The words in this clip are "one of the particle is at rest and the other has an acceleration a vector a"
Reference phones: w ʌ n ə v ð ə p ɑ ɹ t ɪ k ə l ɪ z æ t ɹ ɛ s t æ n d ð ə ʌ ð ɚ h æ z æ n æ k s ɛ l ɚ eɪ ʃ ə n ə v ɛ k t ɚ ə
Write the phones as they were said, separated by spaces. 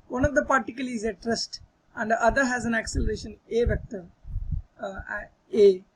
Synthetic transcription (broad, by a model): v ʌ n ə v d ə p ɑ ɹ t ɪ k ə l ɪ z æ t ɹ ɛ s t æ n d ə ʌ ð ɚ h æ z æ n æ k s ɛ l ɚ eɪ ʃ ə n ə v ɛ k t ɚ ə